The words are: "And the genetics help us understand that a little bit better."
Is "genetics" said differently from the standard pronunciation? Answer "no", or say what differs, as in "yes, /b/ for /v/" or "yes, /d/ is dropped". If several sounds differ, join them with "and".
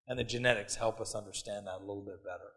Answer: no